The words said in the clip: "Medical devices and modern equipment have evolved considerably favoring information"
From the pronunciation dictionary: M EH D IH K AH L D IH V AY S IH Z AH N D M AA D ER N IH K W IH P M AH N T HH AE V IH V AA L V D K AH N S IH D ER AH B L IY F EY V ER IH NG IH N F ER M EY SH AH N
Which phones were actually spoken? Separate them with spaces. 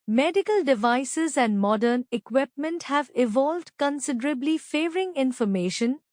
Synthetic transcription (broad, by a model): M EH D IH K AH L D IH V AY S IH Z AH N D M AA D ER N IH K W IH P M AH N T HH AE V IH V AA L V D K AH N S IH D ER AH B L IY F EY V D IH NG IH N F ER M EY SH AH N